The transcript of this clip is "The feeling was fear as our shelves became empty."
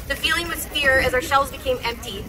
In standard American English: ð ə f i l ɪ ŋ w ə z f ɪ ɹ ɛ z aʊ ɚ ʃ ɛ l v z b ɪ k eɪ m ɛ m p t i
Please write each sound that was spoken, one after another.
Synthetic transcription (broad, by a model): ð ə f i l ɪ ŋ w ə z f ɪ ɹ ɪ z aʊ ɚ ʃ ɛ l v z b ɪ k eɪ m ɛ m p t i